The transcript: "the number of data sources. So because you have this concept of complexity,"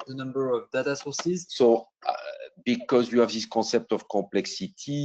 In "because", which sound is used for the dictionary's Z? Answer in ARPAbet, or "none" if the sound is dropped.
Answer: Z